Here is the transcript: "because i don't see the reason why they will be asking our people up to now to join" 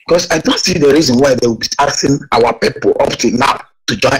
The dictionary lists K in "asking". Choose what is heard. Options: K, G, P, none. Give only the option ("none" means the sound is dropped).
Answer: none